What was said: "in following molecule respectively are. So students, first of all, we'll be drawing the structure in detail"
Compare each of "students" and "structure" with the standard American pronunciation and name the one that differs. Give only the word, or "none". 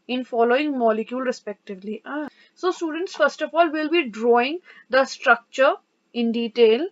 none